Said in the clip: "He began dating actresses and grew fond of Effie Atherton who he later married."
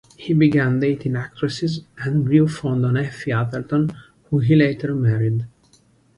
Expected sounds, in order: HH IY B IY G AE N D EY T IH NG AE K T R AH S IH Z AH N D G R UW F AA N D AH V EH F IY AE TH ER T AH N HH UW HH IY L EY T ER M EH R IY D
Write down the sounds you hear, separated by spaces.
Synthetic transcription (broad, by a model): HH IY B IY G AE N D EY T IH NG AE K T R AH S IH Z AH N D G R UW F AA N D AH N EH F IY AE T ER T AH N HH UW HH IY L EY T ER M EH R IY D